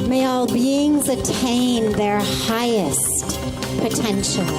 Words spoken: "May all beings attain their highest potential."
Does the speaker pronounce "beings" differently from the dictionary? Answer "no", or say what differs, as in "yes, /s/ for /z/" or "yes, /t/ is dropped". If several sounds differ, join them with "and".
no